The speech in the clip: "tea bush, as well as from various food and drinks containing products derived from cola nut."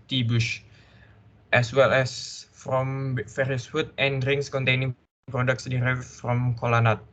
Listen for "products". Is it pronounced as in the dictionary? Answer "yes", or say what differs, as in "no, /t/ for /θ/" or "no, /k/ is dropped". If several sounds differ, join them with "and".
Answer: yes